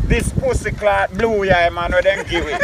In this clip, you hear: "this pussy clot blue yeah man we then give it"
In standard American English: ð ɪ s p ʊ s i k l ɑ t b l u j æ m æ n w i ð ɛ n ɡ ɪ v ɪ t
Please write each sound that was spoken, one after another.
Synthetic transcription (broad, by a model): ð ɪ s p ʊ s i k l ɑ t b l u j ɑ m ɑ n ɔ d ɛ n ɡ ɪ w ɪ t